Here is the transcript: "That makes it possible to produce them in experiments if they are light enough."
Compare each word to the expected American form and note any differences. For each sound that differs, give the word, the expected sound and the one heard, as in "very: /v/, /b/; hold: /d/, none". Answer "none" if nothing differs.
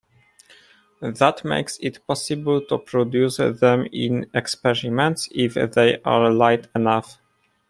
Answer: none